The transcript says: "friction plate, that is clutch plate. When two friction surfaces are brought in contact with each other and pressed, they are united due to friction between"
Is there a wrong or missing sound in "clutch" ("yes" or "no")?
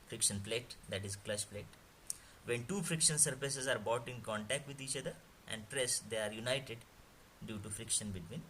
yes